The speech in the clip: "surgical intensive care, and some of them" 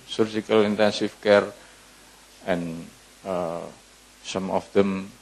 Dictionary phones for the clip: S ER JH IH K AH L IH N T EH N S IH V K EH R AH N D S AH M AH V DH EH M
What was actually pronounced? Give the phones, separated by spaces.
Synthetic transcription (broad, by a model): S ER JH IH K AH L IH N T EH N S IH F K EH R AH N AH S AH M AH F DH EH M